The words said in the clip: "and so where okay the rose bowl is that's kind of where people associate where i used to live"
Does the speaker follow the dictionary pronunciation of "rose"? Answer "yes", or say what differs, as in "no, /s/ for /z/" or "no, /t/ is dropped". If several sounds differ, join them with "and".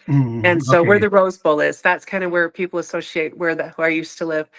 yes